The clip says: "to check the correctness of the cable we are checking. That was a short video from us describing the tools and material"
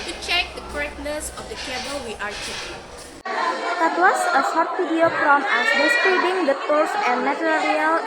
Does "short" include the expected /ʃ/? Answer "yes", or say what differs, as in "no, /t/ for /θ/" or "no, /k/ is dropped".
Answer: no, /s/ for /ʃ/